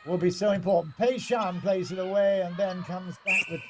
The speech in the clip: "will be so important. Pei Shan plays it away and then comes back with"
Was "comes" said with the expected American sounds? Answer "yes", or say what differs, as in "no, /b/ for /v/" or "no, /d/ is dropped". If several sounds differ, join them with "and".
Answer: yes